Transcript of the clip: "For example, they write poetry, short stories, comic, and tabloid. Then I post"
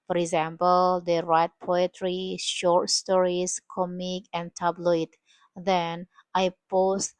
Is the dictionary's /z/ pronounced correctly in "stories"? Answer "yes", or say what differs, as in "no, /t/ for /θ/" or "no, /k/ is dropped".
no, /s/ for /z/